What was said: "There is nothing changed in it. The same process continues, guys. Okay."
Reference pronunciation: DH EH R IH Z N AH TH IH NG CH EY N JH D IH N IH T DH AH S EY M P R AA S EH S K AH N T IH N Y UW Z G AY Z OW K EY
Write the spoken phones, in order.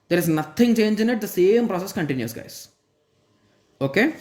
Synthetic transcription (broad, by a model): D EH R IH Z N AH T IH NG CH EY N JH IH N IH T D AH S EY M P R AA S EH S K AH N T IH N Y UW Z G AY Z OW K EY